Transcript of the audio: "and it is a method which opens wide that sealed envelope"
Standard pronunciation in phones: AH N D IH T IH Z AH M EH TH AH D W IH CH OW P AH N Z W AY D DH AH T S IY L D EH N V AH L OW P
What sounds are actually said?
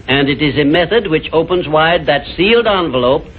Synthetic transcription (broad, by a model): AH N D IH T IH Z AH M EH TH AH D W IH CH OW P AH N Z W AY D DH AH T S IY L D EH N V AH L OW P